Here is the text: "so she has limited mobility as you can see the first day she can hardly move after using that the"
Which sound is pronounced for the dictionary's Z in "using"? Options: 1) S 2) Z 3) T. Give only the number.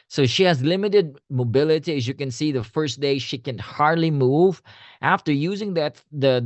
2